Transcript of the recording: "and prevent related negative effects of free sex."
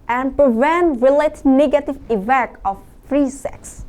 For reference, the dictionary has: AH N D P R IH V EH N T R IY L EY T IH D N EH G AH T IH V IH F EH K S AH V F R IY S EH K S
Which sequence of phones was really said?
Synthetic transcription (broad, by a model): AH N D P R IH V EH N T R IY L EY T N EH G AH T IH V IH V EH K AH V F R IY S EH K S